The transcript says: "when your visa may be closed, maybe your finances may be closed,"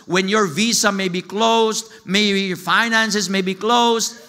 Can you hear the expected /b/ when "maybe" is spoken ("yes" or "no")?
no